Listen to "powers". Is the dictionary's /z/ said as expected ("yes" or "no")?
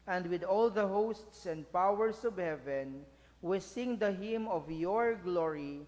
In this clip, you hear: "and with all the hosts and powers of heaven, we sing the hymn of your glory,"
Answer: no